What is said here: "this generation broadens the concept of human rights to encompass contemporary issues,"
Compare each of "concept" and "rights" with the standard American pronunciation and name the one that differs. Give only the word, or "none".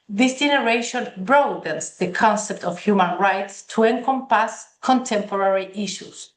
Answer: none